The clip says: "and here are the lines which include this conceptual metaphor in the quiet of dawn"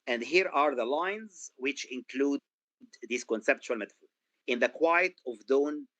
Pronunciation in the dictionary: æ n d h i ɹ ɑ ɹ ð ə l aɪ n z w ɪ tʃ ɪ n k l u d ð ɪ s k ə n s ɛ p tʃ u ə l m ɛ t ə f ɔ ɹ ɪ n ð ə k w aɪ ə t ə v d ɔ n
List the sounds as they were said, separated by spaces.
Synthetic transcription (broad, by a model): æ n d h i ɹ ɑ ɹ ð ə l aɪ n z w ɪ tʃ ɪ n k l u d ð ɪ s k ə n s ɛ p tʃ u ə l m ɛ t ə f ɔ ɹ ɪ n ð ə k w aɪ ə t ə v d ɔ n